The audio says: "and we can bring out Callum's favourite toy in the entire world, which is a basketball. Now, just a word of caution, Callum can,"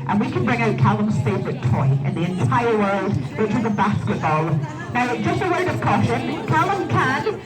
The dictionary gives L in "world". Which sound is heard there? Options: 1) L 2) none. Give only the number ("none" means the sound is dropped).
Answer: 1